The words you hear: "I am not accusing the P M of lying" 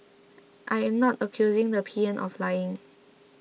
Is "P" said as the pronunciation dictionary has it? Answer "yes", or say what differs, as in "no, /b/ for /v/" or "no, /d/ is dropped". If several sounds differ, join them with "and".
yes